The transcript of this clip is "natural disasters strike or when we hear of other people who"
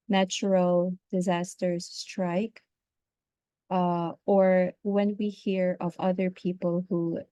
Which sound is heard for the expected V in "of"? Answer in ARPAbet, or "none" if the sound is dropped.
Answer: V